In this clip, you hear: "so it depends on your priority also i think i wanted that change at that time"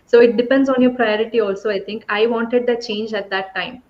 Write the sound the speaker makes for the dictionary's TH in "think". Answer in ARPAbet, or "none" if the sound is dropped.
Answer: T